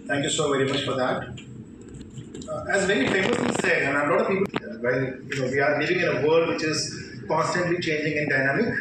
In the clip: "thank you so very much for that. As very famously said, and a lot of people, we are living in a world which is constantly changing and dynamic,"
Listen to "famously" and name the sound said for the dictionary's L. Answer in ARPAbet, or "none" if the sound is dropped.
none